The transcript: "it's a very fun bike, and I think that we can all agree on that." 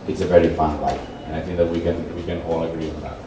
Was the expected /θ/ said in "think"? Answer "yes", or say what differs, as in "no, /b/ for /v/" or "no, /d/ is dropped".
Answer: yes